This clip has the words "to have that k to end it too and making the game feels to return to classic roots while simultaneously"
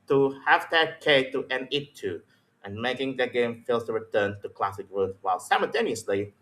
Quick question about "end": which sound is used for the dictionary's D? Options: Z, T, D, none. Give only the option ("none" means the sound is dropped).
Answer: none